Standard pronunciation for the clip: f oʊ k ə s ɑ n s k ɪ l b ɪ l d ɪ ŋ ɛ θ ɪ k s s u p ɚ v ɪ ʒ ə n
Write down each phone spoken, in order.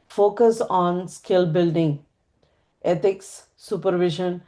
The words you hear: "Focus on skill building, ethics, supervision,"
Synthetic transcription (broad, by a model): f oʊ k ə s ɑ n s k ɪ l b ɪ l d ɪ ŋ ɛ t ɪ k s s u p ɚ v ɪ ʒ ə n